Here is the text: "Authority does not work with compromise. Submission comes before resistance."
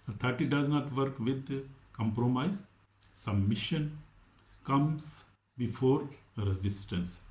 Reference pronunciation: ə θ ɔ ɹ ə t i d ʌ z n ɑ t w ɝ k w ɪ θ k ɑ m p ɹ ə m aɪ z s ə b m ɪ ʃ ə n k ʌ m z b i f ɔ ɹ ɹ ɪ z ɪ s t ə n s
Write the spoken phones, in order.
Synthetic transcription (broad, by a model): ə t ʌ ɹ t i d ʌ z n ɑ t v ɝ k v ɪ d k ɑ m p ɹ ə m aɪ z s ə m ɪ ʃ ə n k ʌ m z b i f ɔ ɹ ɹ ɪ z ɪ s t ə n s